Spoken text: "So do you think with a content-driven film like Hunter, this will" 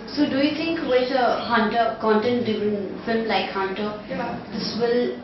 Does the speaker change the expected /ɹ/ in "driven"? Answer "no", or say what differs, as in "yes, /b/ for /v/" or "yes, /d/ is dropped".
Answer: yes, /ɹ/ is dropped